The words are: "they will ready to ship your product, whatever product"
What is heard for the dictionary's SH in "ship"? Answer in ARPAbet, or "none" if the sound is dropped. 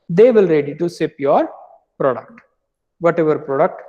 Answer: S